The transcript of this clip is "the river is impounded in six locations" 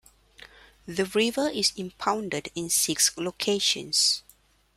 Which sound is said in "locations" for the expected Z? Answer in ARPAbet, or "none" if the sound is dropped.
S